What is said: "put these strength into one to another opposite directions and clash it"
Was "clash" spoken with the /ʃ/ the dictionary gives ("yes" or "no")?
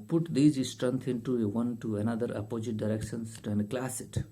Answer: no